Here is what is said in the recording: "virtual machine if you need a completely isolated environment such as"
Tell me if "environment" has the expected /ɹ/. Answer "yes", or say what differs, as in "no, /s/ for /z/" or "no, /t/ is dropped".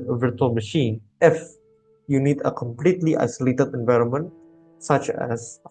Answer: yes